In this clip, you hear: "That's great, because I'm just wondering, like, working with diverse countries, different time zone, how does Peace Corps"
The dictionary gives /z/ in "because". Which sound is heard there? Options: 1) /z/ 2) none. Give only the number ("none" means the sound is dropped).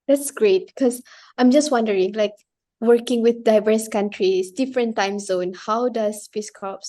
2